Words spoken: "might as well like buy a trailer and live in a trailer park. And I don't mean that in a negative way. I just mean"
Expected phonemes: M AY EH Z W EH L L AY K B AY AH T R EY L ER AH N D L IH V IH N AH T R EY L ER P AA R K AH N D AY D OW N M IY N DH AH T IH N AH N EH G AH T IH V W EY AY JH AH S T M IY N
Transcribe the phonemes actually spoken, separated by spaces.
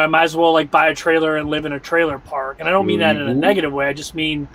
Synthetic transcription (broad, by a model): M AY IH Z W EH L L AY K B AY AH T R EY L ER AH N L IH V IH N AH T R EY L ER P AA R K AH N AY D OW N M IY N DH AH T IH N AH N EH G AH T IH V W EY AY JH AH S T M IY N